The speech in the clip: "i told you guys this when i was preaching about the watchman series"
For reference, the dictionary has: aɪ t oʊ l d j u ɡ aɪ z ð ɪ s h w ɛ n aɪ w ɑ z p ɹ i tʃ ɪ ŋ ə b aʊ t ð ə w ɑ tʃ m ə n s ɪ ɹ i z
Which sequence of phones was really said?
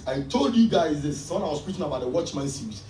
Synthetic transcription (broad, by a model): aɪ t oʊ l d j u ɡ aɪ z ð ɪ s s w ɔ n aɪ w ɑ s p ɹ i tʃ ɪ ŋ ə b aʊ t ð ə w ɑ tʃ m ə n s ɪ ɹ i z